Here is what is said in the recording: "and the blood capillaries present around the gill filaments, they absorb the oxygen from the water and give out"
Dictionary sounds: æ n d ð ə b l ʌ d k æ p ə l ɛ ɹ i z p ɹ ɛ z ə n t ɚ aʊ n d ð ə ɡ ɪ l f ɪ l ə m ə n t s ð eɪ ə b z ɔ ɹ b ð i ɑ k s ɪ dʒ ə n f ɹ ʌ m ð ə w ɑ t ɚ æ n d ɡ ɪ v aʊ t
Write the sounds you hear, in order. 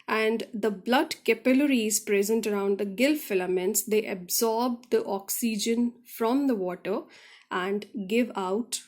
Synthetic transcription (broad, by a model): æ n d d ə b l ʌ d k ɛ p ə l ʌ ɹ i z p ɹ ɛ z ə n t ɚ aʊ n d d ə ɡ ɪ l f ɪ l ə m ə n t s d eɪ ə b z ɔ ɹ b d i ɑ k s ɪ dʒ ə n f ɹ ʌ m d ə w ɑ t ɚ æ n d ɡ ɪ v aʊ t